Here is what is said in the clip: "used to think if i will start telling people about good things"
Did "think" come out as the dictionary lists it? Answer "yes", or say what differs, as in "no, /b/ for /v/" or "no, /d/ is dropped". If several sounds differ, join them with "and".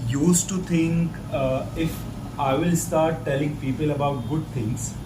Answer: no, /t/ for /θ/